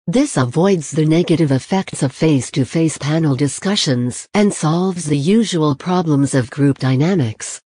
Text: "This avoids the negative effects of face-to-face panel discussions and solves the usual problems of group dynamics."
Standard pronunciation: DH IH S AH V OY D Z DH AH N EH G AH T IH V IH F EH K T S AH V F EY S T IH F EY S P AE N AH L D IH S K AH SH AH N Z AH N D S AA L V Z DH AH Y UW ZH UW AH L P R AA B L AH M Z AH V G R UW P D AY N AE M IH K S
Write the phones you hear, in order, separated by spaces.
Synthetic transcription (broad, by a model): DH IH S AH V OY D Z DH AH N EH G AH T IH V IH F EH K T S AH V F EY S T IH F EY S P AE N L D IH S K AH SH AH N Z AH N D S AA L V Z DH AH Y UW ZH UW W L P R AA B L AH M Z AH V G R UW P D AY N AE M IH K S